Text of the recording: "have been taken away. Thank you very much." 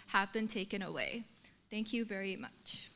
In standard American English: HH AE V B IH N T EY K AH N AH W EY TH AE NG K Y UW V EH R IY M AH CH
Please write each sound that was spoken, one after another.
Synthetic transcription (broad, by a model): HH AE V B IH N T EY K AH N AH W EY TH AE NG K Y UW V EH R IY M AH CH